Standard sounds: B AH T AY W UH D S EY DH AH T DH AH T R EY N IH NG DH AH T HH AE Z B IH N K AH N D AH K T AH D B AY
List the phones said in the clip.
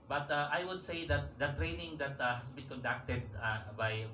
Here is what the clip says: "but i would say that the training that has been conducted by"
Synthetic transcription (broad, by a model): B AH T AY W UH D S EY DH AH T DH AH T R EY N IH NG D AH T HH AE S B IH N K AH N D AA K T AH D B AY